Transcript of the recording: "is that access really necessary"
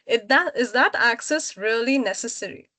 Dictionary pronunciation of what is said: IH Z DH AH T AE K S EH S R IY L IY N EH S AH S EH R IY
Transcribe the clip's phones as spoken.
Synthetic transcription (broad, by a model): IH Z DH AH T AE K S EH S R IY L IY N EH S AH S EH R IY